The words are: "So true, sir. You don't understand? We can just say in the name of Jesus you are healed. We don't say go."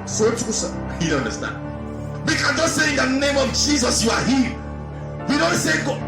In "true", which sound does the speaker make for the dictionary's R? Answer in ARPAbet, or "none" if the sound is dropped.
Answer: none